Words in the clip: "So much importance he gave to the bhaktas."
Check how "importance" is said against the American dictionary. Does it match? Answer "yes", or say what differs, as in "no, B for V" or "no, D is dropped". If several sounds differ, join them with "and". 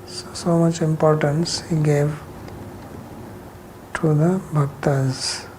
yes